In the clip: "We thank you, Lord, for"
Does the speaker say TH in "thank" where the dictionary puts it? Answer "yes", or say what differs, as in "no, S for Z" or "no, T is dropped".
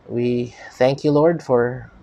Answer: yes